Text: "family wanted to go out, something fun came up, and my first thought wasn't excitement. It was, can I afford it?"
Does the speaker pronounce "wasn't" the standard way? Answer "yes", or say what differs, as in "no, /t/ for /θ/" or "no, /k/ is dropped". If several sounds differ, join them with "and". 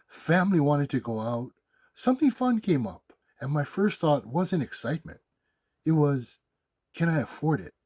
no, /t/ is dropped